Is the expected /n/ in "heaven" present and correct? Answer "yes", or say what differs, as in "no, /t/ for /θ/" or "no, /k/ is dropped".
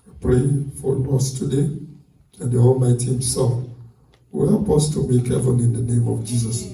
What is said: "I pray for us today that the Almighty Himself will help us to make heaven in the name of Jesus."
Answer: no, /l/ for /n/